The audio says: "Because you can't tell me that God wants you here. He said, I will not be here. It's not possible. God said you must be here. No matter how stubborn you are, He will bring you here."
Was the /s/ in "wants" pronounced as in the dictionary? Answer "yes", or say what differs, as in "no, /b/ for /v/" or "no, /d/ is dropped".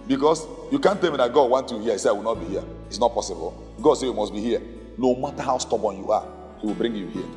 no, /s/ is dropped